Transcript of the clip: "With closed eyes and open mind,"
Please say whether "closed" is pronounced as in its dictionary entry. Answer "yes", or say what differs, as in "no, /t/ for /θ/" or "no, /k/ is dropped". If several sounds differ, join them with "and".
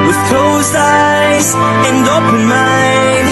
no, /d/ is dropped